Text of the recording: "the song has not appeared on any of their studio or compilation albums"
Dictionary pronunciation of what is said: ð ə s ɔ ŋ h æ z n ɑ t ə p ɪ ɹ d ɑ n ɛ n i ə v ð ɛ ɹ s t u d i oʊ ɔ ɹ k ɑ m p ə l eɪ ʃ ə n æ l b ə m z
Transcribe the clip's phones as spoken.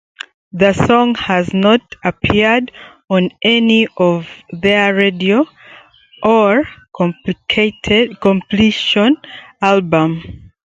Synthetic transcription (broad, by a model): ð ə s ɔ ŋ h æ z n ɑ t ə p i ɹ d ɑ n ɛ n i ə v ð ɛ ɹ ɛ d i oʊ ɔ ɹ k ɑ m p l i ʃ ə n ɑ l b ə m